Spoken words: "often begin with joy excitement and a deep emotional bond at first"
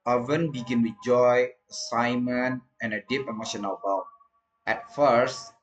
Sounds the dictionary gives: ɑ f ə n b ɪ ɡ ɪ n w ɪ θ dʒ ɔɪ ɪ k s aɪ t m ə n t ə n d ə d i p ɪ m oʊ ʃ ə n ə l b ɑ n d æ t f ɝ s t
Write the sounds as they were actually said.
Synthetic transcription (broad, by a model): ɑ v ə n b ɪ ɡ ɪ n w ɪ dʒ ɔɪ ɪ s aɪ m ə n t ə n ə d i p ɪ m oʊ ʃ ə n ə l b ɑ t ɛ t f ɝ s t